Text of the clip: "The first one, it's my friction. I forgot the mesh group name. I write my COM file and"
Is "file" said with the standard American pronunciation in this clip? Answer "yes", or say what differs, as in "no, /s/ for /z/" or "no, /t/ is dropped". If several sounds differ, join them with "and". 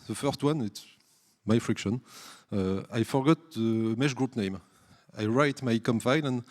no, /n/ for /l/